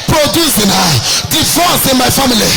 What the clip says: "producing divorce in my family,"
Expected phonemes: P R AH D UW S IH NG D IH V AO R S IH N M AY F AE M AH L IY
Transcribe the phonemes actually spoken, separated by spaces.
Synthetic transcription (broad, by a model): P R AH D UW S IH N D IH F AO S IH N M AY F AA M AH L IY